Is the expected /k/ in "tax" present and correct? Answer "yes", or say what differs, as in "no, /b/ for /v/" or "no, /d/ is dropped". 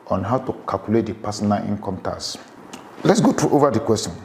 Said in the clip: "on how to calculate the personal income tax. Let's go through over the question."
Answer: no, /k/ is dropped